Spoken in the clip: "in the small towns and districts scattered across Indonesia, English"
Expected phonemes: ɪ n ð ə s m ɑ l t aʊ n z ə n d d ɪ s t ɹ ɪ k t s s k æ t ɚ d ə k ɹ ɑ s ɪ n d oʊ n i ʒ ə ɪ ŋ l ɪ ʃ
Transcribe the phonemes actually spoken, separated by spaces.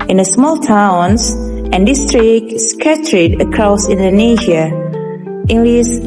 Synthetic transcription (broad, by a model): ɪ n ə s m ɑ l t aʊ n s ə n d d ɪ s t ɹ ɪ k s s k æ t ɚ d ə k ɹ ɑ s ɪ n d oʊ n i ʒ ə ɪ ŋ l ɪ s